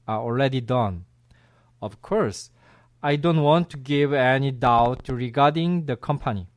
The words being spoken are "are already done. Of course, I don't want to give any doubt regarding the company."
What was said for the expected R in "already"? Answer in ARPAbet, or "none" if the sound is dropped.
L